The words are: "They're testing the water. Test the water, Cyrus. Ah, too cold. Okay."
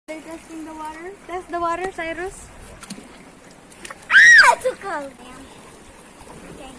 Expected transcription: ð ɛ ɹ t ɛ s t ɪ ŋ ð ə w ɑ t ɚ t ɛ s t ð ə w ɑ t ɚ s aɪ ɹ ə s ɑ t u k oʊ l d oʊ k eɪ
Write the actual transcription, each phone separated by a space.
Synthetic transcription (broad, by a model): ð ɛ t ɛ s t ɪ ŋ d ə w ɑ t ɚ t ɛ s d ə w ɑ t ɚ s aɪ ɹ ə s ɑ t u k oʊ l oʊ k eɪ